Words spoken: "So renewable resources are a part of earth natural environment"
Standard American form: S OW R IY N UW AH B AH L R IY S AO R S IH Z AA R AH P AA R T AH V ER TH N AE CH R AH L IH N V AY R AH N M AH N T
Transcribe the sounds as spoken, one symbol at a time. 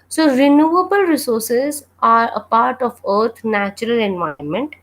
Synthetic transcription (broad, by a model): S OW R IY N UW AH B AH L R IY S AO R S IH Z AA R AH P AA R T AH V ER T N AE CH R AH L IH N V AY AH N M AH N T